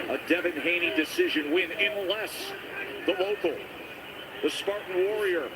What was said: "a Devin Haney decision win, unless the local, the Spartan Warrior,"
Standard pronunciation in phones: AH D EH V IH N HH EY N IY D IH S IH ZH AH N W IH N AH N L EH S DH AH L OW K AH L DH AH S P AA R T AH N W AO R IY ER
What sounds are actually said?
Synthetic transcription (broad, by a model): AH D EH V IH N HH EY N IY D IH S IH ZH AH N W IH N AH N L EH S DH AH L OW K L DH AH S P AA R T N W AO R IY ER